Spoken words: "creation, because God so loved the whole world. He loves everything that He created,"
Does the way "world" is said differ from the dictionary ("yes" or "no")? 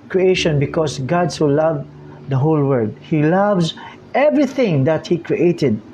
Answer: yes